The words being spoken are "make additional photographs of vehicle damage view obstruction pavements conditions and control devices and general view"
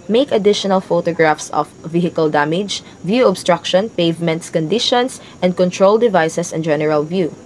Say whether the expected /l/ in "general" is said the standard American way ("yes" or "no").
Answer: yes